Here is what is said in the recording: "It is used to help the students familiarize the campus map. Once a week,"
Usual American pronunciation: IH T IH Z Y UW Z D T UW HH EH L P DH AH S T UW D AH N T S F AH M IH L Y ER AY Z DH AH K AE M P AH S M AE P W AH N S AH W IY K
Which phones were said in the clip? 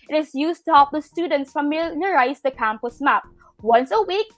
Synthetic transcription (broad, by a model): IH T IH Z Y UW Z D T UW HH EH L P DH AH S T UW D AH N T S F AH M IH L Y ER AY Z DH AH K AE M P AH S M AE P W AH N S AH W IY K